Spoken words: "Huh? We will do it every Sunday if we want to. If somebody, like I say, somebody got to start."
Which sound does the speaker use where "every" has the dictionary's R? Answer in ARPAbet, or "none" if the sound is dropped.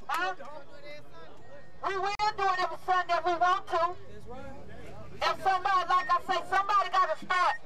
none